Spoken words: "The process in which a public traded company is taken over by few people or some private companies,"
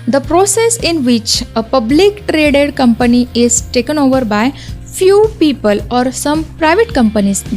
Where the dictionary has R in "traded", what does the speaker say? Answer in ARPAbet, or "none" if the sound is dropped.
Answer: R